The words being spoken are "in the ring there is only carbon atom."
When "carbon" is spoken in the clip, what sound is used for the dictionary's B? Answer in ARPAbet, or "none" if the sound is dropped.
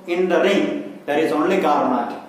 none